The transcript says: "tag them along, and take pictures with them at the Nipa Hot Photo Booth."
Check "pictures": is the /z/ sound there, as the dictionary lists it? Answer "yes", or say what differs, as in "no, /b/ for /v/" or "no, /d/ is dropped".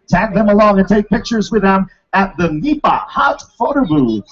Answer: yes